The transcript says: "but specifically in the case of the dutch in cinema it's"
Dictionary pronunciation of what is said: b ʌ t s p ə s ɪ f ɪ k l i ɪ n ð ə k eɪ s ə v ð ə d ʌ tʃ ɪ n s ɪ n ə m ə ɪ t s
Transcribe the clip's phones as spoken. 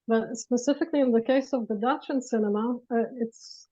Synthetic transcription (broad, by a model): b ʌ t s p ə s ɪ f ɪ k l i ɪ n ð ə k eɪ s ə v ð ə d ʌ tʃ ɪ n s ɪ n ə m ə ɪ t s